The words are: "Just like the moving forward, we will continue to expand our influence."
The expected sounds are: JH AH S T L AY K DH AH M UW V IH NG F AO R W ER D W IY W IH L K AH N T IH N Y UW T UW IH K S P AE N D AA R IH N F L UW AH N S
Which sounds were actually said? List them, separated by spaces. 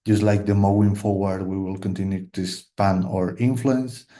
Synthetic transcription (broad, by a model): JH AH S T L AY K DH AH M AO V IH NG F AO R W ER D W IY W IH L K AH N T IH N Y UW T UW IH S P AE N AA R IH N F L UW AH N S